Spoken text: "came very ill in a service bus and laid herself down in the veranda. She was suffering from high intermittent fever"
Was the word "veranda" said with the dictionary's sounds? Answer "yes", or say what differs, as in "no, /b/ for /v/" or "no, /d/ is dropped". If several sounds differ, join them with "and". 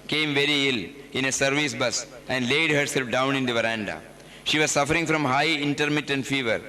yes